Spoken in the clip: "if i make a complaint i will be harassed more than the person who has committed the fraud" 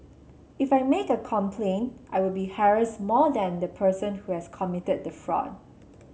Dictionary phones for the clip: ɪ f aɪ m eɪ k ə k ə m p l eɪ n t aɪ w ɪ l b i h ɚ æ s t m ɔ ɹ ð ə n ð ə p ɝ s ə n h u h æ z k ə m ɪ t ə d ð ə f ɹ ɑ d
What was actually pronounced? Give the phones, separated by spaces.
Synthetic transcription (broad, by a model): ɪ f aɪ m eɪ k ə k ə m p l eɪ n t aɪ w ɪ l b i h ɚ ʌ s m ɔ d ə n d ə p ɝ s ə n h u h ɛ s k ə m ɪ t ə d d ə f ɹ ɑ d